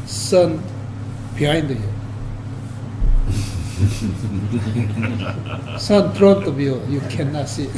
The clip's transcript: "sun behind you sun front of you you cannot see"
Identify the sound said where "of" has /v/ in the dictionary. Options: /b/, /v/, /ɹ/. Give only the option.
/b/